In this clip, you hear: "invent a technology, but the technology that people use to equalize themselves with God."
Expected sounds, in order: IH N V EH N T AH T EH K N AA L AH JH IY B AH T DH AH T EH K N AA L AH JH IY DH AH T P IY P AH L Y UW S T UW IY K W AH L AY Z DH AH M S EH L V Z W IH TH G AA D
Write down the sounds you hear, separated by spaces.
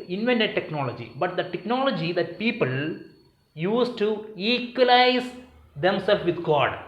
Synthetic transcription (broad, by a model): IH N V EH N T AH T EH K N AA L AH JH IY B AH T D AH T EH K N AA L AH JH IY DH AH T P IY P AH L Y UW S T UW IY K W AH L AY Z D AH M S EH L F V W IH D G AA D